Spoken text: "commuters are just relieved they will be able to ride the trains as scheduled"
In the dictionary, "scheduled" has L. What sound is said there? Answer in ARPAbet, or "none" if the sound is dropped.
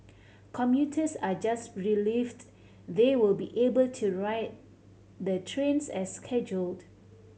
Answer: L